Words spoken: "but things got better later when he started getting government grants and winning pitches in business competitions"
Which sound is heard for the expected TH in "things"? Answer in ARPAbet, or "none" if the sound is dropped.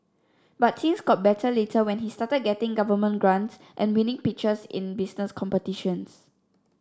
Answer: S